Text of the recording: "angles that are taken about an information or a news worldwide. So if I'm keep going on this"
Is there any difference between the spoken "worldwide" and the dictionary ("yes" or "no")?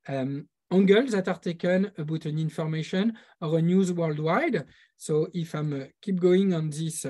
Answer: no